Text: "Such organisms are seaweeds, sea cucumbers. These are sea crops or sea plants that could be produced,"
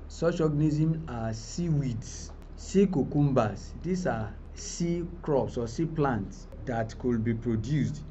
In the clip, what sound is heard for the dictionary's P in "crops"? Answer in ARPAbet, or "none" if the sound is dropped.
P